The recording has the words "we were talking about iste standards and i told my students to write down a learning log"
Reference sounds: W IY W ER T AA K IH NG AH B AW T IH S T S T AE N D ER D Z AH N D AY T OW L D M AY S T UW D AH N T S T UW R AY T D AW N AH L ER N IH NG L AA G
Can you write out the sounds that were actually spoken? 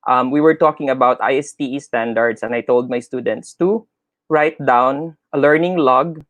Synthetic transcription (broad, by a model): W IY W ER T AA K IH NG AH B AW T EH S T S T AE N D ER D S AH N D AY T OW L D M AY S T UW D AH N T S T UW R AY T D AW N AH L ER N IH NG L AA G